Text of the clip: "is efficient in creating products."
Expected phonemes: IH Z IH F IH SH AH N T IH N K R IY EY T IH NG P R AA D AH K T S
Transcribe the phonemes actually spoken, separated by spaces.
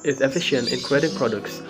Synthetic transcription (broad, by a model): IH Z IH F IH SH AH N T IH N K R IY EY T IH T P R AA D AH K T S